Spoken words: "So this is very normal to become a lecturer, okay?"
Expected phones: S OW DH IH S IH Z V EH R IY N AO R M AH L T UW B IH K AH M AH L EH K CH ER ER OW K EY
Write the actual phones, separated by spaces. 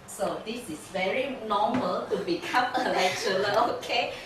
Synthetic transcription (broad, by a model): S OW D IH S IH S V EH R IY N AO M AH L T UW B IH K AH M AH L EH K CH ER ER OW K EY